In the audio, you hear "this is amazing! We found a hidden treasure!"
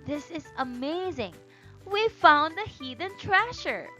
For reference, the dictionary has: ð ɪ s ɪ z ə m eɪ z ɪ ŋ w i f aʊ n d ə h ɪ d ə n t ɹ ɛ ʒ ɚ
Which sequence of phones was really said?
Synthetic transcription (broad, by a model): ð ɪ s ɪ z ə m eɪ z ɪ ŋ w i f aʊ n d ə h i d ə n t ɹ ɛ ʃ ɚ